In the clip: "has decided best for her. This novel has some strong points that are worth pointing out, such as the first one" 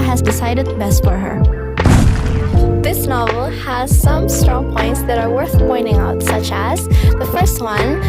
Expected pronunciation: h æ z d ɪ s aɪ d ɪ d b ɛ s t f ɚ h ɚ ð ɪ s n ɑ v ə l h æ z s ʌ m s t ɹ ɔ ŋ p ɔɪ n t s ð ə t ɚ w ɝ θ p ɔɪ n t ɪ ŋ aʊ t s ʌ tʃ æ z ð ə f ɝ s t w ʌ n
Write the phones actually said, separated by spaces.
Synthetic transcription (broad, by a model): h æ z d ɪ s aɪ d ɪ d b ɛ s t f ɚ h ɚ ð ɪ s n ɑ v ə l h æ z s ʌ m s t ɹ ɔ ŋ p ɔɪ n t s ð ə t ɚ w ɝ θ p ɔɪ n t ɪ ŋ aʊ t s ʌ tʃ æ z ð ə f ɝ s t w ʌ n